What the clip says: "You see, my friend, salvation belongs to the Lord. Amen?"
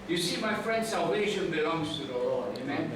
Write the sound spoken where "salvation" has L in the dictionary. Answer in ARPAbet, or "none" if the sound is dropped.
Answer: L